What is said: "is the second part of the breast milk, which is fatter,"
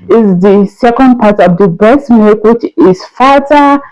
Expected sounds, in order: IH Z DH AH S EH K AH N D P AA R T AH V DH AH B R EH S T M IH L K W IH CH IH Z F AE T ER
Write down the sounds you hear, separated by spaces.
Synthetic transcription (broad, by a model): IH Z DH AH S EH K AH N D P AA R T AH V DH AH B EH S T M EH K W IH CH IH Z F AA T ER